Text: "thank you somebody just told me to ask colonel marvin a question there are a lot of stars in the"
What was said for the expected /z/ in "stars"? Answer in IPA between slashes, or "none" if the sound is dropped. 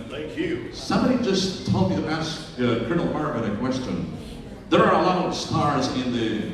/z/